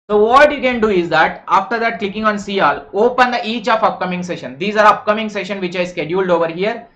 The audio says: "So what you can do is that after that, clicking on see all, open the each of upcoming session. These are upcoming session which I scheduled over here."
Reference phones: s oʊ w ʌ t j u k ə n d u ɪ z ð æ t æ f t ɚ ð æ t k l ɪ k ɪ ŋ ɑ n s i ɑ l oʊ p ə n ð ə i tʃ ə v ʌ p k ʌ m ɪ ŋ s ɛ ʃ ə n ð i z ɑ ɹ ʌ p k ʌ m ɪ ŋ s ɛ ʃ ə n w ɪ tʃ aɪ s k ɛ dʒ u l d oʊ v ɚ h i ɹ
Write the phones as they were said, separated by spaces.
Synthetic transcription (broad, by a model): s oʊ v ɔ t j u k ə n d u ɪ z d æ t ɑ f t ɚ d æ t k l ɪ k ɪ ŋ ɑ n s i ɑ l oʊ p ə n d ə i tʃ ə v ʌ p k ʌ m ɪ ŋ s ɛ ʃ ə n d i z ɑ ɹ ʌ p k ʌ m ɪ ŋ s ɛ ʃ ə n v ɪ tʃ aɪ s k ɛ dʒ u l d oʊ v ɚ h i ɹ